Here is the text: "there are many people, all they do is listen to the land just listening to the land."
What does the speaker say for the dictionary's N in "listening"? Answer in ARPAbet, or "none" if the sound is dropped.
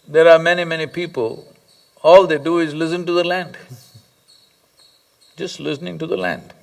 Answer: N